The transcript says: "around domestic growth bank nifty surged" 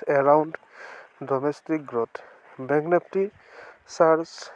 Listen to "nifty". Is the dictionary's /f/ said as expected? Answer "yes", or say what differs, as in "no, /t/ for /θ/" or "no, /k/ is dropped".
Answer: no, /p/ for /f/